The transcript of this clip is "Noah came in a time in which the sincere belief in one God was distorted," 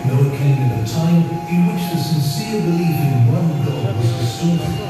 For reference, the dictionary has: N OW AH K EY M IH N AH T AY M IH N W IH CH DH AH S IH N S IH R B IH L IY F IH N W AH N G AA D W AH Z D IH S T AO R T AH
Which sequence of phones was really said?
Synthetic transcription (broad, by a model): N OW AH K EY M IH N AH T AY M IH N W IH CH DH AH S IH N S IH R B IH L IY F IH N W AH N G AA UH W AH Z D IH S T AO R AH